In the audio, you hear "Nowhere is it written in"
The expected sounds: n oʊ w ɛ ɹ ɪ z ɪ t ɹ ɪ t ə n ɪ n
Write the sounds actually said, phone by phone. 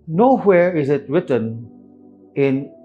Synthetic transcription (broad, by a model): n oʊ w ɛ ɹ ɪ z ɪ t ɹ ɪ t ə n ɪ n